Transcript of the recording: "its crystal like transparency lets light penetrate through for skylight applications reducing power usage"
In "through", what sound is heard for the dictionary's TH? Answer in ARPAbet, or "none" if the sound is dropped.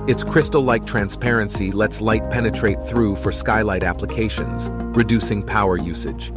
TH